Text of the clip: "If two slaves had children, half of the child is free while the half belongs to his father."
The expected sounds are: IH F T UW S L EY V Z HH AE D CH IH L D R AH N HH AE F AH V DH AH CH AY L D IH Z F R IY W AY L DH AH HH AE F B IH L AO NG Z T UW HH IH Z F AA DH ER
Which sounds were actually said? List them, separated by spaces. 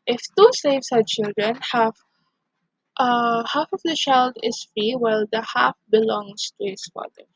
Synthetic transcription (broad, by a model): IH F T UW S EY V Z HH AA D CH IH L D R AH N HH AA F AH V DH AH CH AY L D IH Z F R IY W AY L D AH HH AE F B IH L AO NG S T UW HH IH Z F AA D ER